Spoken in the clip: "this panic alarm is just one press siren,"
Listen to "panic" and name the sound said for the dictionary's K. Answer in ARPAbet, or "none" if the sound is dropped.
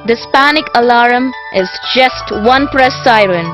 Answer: K